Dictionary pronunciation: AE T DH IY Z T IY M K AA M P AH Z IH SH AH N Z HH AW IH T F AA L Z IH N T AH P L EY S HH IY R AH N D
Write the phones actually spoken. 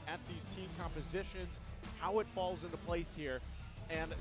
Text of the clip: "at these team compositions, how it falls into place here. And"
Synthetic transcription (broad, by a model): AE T DH IY Z T IY M K AA M P AH Z IH SH AH N Z HH AW IH T F AA L Z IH N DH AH P L EY S HH IY R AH N